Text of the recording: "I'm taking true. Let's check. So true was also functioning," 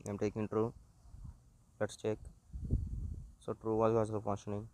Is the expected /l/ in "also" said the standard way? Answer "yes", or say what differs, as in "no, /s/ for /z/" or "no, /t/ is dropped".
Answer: no, /l/ is dropped